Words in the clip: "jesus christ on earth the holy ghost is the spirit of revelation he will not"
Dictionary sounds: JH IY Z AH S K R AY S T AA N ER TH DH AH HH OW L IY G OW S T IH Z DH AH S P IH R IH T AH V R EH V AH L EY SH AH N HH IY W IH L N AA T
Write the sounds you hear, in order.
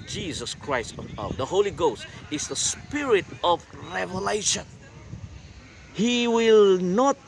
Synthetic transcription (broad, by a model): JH IY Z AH S K R AY S T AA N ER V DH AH HH OW L IY G OW S T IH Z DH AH S P IH R IH T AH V R EH V AH L EY SH AH N HH IY W IH L N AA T